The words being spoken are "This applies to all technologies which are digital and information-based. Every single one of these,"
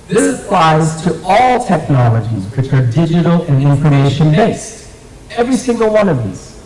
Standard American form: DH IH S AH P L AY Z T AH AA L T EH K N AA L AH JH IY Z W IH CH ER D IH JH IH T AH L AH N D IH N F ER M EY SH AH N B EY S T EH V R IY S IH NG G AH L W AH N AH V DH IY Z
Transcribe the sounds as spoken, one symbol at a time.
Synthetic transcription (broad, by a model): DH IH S AH P L AY Z T AH AA L T EH K N AA L AH JH IY Z W IH CH ER D IH JH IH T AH L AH N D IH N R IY EY SH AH N B EY S T EH V R IY S IH NG G AH L W AH N AH V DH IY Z